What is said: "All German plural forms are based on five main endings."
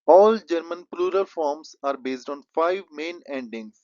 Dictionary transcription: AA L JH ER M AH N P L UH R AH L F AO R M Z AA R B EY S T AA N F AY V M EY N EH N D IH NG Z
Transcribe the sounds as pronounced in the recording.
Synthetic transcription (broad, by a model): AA L JH ER M AH N P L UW R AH L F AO R M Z AA R B EY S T AA N F AY V M EY N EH N D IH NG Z